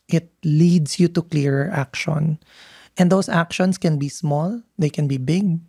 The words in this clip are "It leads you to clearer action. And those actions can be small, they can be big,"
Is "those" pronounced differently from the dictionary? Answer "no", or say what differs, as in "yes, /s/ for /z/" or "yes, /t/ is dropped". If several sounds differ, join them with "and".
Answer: yes, /s/ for /z/